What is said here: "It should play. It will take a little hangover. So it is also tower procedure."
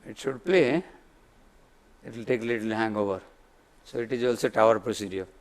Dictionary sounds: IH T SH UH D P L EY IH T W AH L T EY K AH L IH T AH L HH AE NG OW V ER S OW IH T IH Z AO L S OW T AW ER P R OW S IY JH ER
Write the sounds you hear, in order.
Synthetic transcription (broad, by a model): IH T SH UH D P L EY IH T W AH L T EY K L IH T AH L HH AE NG OW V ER S OW IH T IH Z AO L S OW T AW ER P R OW S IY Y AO